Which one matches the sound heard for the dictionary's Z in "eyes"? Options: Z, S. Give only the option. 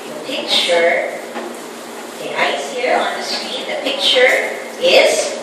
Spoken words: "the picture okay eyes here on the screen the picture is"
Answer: S